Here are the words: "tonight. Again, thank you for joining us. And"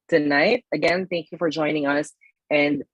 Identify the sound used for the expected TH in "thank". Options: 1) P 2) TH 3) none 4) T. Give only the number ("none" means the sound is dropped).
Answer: 2